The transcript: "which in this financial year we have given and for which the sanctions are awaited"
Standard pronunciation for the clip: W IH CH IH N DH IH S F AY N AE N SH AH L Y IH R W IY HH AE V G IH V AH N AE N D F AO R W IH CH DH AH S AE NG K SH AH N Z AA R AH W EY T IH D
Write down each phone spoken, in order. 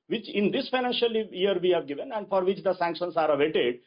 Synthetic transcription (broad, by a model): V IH CH IH N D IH S F AY N AE N SH AH L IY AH R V IY HH AE V G IH V AH N AE N D F AO R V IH CH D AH S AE NG K SH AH N S AA R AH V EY T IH D